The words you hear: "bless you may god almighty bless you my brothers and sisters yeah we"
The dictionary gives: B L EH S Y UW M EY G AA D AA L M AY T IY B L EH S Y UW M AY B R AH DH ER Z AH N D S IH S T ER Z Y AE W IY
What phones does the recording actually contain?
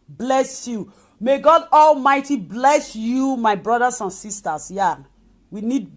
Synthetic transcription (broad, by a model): B L EH S Y UW M EY G AA D AA L M AY T IY B L EH S Y UW M AY B R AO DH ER S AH N S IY S T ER S Y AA W IY